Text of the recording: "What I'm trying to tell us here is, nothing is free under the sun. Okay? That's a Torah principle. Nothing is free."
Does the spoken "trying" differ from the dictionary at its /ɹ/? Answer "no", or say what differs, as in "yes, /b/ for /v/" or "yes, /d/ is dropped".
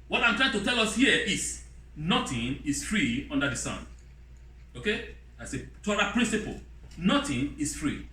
no